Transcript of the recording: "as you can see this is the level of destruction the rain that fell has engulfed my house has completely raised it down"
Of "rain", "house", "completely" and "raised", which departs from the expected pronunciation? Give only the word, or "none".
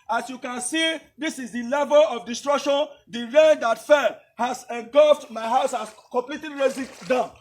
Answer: raised